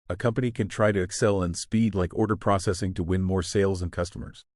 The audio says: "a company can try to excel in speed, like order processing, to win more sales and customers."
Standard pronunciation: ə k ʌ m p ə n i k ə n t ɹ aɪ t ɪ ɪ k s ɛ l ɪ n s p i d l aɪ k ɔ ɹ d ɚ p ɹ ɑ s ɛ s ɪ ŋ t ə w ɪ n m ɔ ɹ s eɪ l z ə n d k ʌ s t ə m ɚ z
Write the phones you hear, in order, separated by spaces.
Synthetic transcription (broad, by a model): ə k ʌ m p ə n i k ə n t ɹ aɪ t ɪ ɪ k s ɛ l ɪ n s p i d l aɪ k ɔ ɹ d ɚ p ɹ ɑ s ɛ s ɪ ŋ t ə w ɪ n m ɔ ɹ s eɪ l z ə n k ʌ s t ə m ɚ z